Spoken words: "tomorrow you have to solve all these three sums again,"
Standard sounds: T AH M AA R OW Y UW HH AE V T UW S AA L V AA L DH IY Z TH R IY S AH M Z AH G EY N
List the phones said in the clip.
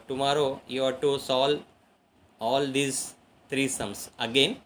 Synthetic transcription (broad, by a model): T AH M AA R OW Y UW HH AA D T UW S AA L AA L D IY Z T R IY S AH M S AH G EY N